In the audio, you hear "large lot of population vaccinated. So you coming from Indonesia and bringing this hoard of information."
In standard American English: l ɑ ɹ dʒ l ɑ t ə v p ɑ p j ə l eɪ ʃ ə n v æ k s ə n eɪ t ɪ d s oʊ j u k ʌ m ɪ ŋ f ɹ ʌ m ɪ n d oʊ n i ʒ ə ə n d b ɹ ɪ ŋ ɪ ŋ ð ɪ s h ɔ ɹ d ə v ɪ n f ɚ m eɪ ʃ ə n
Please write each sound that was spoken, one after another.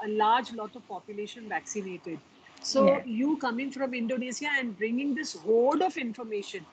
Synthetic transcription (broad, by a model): l ɑ ɹ dʒ l ɑ t ə v p ɑ p j ə l eɪ ʃ ə n v æ k s ə n eɪ t ɪ d s oʊ j u k ʌ m ɪ ŋ f ɹ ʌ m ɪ n d oʊ n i s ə ə n d b ɹ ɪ ŋ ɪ ŋ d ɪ s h ɔ l d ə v ɪ n f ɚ m eɪ ʃ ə n